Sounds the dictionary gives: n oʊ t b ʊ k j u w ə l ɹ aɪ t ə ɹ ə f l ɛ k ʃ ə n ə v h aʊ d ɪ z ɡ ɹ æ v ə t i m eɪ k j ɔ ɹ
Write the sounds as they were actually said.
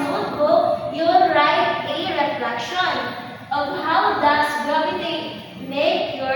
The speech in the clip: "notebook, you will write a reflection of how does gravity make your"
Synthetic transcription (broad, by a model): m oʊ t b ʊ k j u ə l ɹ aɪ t ə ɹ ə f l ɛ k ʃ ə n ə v h aʊ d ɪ s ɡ ɔ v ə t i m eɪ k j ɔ